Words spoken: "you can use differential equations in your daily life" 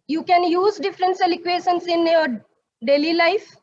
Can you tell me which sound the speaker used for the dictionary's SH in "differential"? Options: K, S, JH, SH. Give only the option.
S